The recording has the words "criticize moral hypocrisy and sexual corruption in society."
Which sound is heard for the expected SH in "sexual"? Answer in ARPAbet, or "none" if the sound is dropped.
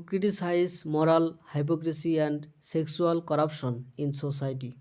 S